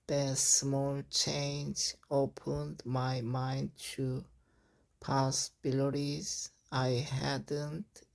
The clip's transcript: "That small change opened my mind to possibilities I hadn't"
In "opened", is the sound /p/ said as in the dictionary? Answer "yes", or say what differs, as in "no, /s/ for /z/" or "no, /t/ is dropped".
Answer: yes